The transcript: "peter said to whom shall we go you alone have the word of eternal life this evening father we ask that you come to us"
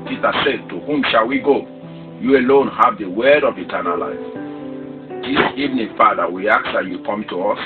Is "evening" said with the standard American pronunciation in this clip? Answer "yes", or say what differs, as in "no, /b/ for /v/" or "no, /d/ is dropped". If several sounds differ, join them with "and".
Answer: yes